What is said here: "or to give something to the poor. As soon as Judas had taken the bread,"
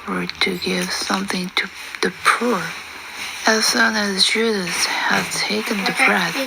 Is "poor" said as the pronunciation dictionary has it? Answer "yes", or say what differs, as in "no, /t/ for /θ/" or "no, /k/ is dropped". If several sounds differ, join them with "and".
yes